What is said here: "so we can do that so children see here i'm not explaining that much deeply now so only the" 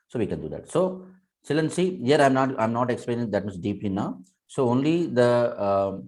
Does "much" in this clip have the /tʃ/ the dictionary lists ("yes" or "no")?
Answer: no